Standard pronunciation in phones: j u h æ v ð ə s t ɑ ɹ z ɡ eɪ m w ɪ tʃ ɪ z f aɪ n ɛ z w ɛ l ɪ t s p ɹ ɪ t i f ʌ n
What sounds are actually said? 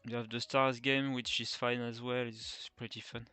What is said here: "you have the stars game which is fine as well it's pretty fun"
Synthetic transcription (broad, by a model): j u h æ v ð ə s t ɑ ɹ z ɡ eɪ m w ɪ tʃ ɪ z f aɪ n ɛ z w ɛ l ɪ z p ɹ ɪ t i f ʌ n